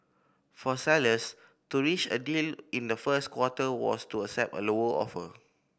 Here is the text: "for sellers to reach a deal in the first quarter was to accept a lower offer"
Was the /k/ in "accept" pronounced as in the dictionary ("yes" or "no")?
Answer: no